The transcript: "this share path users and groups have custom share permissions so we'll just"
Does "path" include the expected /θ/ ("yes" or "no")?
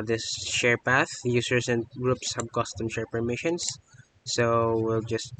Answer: yes